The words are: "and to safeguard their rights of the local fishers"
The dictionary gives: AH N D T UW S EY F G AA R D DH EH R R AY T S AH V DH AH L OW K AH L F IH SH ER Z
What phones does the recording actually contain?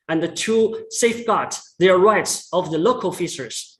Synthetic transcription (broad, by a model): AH N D T UW S EY F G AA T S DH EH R R AY T S AH V DH AH L OW K AH L F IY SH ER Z